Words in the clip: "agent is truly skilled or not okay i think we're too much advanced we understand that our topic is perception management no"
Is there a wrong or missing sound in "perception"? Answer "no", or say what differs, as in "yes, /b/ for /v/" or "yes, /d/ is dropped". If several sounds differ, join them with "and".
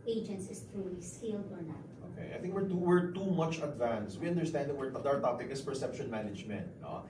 no